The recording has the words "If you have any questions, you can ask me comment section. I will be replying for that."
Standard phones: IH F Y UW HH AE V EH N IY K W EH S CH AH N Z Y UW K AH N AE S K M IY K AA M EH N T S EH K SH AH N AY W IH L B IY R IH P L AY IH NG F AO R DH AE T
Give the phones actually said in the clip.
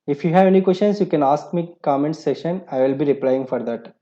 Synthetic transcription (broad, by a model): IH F Y UW HH AE V EH N IY K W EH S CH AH N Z Y UW K AH N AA S K M IY K AA M EH N T S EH SH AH N AY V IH L B IY R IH P L AY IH NG F AO R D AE T